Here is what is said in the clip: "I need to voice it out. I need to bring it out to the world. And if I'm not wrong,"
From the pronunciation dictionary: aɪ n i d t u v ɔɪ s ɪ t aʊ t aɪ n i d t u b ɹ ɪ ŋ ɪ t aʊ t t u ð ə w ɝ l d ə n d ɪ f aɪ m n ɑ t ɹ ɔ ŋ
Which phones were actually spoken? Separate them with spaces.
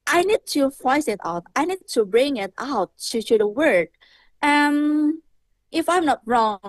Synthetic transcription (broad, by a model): aɪ n i d t u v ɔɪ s ɪ t aʊ t aɪ n i d t u b ɹ ɪ ŋ ɪ t aʊ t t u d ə w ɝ d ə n ɪ f aɪ m n ɑ t ɹ ɔ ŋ